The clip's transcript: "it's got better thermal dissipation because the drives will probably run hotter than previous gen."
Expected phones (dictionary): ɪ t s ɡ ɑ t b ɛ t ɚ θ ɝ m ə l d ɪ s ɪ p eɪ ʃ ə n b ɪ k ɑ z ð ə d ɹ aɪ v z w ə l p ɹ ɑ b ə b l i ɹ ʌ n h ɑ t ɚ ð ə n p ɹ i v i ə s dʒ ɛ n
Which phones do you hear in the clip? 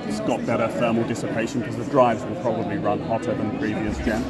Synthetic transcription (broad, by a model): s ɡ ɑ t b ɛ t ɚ f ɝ m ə l d ɪ s ɪ p eɪ ʃ ə n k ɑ z ð ə d ɹ aɪ v z w ə l p ɹ ɑ b ə b l i ɹ ʌ n h ɑ t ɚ ð ə n p ɹ i v i ə s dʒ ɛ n